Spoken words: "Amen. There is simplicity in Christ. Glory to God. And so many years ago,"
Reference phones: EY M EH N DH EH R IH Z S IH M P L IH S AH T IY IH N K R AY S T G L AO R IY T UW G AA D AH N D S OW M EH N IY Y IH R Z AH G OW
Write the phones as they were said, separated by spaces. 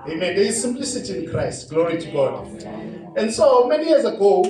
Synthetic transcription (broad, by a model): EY M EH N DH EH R IH Z S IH M P L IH S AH T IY IH N K R AY S T G L AO R IY T UW G AA D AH N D S OW M EH N IY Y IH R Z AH G OW